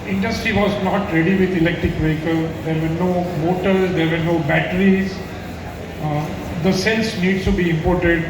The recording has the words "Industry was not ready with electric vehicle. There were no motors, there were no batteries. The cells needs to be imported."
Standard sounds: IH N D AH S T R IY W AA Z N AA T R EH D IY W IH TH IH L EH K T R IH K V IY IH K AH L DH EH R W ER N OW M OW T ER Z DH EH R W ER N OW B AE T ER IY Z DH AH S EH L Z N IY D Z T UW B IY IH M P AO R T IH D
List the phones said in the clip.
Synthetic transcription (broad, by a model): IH N D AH S T R IY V AA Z N AA T R EH D IY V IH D IH L EH K T R IH K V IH K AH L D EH R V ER N OW M OW T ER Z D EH R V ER N OW B AE T ER IY Z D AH S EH L S N IY D S T UW B IY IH M P AO R T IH D